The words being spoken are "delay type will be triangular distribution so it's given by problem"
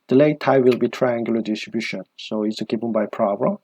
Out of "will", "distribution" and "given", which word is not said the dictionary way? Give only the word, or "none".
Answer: given